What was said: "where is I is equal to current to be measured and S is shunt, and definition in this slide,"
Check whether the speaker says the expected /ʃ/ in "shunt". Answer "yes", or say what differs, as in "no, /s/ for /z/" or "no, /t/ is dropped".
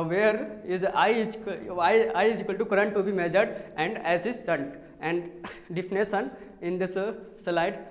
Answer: no, /s/ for /ʃ/